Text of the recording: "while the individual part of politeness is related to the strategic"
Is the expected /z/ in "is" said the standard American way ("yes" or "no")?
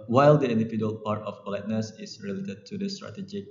no